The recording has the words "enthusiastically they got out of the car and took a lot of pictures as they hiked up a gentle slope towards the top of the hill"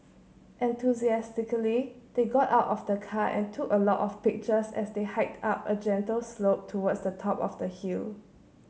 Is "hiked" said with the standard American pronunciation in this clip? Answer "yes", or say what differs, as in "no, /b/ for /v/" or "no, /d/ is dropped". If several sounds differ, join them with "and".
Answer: yes